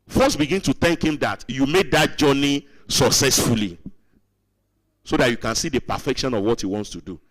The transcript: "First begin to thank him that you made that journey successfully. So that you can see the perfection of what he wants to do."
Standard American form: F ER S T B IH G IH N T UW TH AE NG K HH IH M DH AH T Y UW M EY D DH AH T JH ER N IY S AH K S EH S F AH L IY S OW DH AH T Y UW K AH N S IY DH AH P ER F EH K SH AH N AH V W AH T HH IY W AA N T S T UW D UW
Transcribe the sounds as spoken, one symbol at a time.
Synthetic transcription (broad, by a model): F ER S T B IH G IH N T UW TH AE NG K HH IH M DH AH T Y UW M EY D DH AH T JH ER N IY S AH K S EH S F AH L IY S OW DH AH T Y UW K AH N S IY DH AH P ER F EH K SH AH N AH V W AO T HH IY W AA N T S T UW D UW